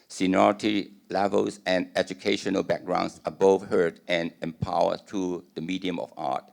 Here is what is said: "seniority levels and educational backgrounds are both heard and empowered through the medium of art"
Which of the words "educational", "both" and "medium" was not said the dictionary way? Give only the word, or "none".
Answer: both